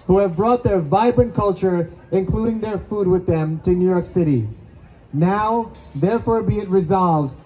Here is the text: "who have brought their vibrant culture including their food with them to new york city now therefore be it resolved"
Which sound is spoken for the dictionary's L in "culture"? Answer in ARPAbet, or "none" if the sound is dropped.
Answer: L